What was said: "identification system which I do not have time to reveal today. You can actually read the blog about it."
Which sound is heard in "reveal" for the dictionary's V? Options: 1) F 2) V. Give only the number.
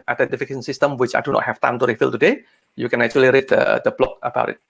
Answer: 1